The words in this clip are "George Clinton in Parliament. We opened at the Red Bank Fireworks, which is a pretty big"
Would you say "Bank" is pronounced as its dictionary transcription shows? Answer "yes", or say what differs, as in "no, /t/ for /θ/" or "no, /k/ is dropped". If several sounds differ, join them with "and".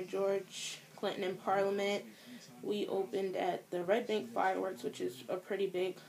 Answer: yes